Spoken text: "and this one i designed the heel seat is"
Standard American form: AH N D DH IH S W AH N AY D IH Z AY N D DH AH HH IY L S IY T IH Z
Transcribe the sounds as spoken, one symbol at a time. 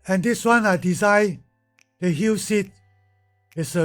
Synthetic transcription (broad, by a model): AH N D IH S W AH N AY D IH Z AY D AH HH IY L S IY T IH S